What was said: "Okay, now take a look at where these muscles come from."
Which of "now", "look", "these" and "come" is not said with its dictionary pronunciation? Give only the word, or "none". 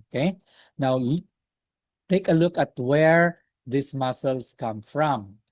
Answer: these